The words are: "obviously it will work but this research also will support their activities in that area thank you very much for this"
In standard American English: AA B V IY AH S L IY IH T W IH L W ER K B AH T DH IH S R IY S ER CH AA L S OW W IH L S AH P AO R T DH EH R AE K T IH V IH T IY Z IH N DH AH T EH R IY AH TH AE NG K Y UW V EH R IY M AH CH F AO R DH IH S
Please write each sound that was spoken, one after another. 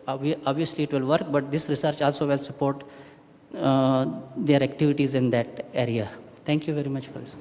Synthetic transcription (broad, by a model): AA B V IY AH S L IY IH T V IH L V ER K B AH T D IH S R IY S ER CH AA L S OW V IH L S AH P AO R T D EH R AE K T IH V IH T IY Z IH N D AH T EH R IY AH T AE NG K Y UW V EH R IY M AH CH F AO R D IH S